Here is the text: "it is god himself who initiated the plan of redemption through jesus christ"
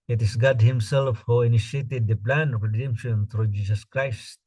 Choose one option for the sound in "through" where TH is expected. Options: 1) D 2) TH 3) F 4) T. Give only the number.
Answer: 4